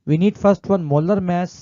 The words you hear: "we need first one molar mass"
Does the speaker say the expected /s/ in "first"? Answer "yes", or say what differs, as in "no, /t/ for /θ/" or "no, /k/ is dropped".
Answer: yes